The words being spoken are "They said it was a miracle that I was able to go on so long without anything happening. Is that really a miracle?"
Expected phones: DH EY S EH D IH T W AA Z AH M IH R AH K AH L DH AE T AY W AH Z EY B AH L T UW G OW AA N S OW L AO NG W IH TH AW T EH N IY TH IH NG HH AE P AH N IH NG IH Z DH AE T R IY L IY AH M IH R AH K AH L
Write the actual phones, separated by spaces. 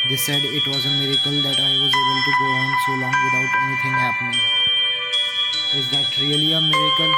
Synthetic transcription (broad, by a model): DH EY S EH D IH T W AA Z AH M IH R AH K AH L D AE T AY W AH Z EY B AH L T UW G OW AA N S OW L AO NG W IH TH AW T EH N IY T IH NG HH AE P AH N IH NG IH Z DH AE T R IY L IY AH M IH R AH K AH L